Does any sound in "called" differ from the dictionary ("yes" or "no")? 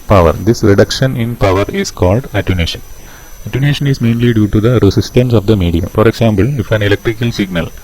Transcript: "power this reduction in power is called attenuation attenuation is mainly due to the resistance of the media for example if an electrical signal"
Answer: no